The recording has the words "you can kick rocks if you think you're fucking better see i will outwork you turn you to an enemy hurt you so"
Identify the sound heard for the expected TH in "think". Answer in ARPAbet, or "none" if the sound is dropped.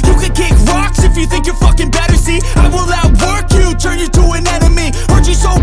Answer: TH